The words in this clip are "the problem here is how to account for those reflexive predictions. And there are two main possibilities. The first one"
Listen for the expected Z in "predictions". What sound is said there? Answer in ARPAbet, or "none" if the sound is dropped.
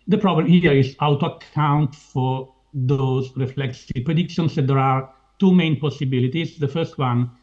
S